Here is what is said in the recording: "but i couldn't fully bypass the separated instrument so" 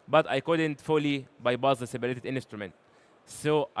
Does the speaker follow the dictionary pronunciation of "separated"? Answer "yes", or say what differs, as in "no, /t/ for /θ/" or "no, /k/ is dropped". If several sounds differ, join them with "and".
no, /b/ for /p/